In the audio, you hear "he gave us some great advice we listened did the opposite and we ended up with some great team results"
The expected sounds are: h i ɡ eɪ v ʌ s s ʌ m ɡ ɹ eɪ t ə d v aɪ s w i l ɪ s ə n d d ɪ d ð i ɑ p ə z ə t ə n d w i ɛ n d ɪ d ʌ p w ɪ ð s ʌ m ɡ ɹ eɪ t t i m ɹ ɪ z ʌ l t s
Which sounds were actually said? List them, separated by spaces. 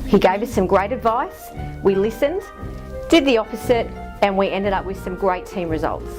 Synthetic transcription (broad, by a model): h i ɡ eɪ v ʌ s s ʌ m ɡ ɹ eɪ t ə d v aɪ s w i l ɪ s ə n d d ɪ d ð i ɑ f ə s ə t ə n w i ɛ n d ɪ d ʌ p w ɪ ð s ʌ m ɡ ɹ eɪ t t i m ɹ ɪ z ʌ l t s